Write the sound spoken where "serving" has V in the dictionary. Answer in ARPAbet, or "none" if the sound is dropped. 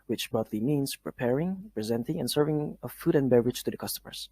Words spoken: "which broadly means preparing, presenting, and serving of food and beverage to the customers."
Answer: V